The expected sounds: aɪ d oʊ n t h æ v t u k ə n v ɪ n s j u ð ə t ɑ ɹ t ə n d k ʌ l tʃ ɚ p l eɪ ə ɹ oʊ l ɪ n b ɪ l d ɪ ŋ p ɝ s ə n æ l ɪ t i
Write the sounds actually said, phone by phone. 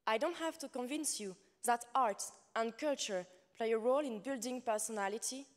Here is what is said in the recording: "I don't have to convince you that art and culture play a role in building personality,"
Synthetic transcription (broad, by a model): aɪ d oʊ n t h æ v t u k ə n v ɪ n s j u ð ə t ɑ ɹ t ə n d k ʌ l tʃ ɚ p l eɪ ə ɹ oʊ l ɪ n b ɪ l d ɪ ŋ p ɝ s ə n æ l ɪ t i